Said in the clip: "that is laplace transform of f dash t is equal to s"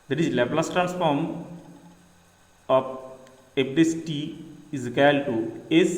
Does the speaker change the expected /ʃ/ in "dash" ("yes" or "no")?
yes